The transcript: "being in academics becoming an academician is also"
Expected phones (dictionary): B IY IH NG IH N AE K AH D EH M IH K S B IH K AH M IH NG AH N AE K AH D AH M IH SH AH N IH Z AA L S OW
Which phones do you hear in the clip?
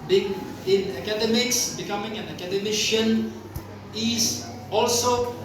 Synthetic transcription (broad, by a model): B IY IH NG IH N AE K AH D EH M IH K S B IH K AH M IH NG AH N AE K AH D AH M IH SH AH N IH S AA L S OW